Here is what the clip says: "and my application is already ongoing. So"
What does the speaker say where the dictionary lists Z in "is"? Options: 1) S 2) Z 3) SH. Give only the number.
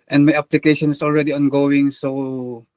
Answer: 1